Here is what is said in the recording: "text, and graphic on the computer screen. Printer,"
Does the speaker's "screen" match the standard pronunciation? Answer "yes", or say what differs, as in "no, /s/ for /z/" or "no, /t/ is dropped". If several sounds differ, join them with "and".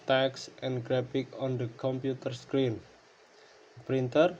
yes